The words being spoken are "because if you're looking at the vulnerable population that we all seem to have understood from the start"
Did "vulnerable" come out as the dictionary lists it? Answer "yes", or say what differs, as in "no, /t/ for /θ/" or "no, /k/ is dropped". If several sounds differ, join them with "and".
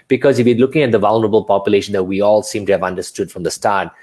yes